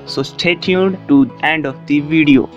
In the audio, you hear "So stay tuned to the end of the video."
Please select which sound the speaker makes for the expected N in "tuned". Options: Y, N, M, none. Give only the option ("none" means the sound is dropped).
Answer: none